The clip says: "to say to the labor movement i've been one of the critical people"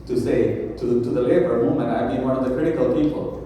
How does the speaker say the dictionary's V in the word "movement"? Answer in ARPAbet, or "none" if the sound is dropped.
none